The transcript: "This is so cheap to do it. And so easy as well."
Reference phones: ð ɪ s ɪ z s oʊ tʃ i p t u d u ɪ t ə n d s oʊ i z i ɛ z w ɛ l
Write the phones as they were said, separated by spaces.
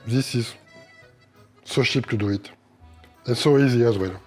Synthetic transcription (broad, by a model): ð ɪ s ɪ z s oʊ ʃ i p t u d u ɪ t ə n s oʊ i z i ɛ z w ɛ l